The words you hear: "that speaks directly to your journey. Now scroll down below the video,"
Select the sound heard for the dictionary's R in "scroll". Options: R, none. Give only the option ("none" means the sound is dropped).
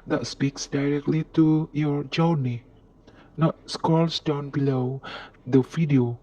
none